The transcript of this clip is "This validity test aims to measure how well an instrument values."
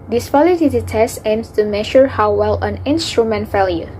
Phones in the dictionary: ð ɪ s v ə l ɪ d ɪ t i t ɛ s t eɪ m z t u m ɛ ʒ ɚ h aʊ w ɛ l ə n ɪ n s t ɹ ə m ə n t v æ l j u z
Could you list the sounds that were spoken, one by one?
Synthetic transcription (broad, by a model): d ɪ s p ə l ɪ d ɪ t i t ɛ s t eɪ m s t u m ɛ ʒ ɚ h aʊ w ɛ l ə n ɪ n s t ɹ ə m ə n t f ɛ l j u